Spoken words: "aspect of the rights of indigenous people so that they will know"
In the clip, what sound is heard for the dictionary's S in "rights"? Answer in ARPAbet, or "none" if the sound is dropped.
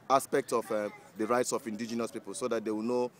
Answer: S